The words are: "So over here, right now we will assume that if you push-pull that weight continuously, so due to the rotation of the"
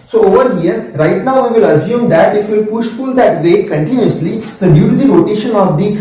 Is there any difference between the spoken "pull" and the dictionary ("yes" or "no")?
yes